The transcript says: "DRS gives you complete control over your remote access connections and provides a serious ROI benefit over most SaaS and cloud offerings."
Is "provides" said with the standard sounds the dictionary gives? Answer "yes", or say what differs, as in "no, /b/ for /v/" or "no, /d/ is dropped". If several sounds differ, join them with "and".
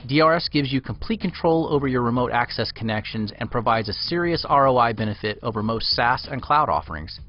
yes